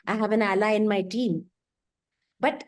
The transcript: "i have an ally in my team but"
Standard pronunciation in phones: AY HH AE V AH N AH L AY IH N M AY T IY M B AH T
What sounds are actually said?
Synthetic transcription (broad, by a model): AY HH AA B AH N AH L AY IH N M AY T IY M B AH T